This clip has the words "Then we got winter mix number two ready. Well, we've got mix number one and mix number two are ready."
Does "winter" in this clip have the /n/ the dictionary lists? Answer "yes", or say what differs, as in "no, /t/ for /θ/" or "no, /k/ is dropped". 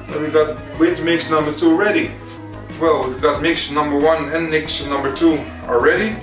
no, /n/ is dropped